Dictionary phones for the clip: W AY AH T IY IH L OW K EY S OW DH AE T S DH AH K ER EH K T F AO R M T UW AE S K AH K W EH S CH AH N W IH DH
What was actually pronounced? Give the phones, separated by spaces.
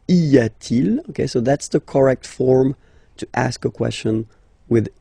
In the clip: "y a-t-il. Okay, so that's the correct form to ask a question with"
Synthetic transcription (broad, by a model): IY AH T IY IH L OW K EY S OW DH AE T S DH AH K ER EH K T F AO R M T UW AE S K AH K W EH S CH AH N W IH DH